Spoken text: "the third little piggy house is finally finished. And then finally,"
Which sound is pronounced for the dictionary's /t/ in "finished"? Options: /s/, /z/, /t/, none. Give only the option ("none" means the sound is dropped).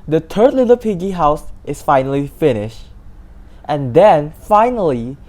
/t/